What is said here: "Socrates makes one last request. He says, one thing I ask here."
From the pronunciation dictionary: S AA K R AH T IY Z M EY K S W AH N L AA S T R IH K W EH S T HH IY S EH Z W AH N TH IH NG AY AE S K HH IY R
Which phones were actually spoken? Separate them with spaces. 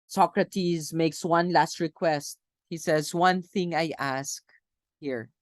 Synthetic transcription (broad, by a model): S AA K R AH T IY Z M EY K S W AH N L AA S T R IH K W EH S T HH IY S EH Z W AH N TH IH NG AY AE S K HH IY R